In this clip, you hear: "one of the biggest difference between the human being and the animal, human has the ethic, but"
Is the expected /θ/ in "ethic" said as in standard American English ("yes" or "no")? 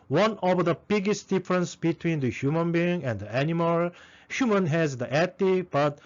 no